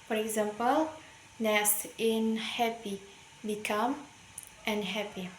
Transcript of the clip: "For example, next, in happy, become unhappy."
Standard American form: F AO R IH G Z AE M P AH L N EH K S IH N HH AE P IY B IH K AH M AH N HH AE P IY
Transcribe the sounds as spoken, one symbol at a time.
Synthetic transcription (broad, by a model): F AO R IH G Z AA M P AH L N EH S IH N HH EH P IY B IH K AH M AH N HH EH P IY